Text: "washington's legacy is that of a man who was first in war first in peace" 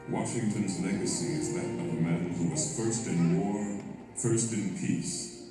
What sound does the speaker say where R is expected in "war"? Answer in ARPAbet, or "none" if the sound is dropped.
R